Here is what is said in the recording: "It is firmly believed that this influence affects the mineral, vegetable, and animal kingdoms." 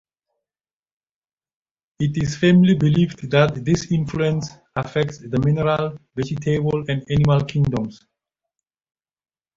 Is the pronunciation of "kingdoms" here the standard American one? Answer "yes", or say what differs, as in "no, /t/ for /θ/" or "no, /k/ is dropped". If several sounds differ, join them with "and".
no, /s/ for /z/